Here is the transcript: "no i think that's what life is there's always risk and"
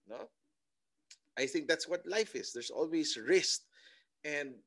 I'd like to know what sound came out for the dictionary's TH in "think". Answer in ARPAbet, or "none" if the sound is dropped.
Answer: TH